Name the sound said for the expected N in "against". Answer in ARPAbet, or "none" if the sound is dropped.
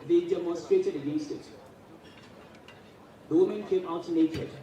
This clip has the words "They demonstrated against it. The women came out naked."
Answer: none